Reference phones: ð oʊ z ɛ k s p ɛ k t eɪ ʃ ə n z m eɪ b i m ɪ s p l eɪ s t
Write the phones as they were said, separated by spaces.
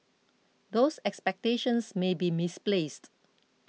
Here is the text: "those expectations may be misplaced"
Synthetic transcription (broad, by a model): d oʊ s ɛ k s p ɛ k t eɪ ʃ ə n s m eɪ b i m ɪ s p l eɪ s t